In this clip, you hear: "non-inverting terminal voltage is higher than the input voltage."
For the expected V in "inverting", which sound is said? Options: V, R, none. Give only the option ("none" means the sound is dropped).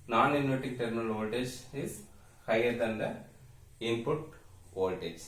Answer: none